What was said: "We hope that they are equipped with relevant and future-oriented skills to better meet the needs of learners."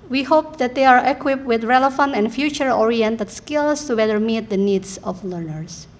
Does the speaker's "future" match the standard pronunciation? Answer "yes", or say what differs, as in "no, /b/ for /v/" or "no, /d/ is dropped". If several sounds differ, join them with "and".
yes